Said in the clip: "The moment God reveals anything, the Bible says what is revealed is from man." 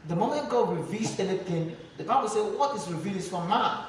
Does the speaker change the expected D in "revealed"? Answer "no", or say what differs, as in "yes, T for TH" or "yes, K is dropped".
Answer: yes, D is dropped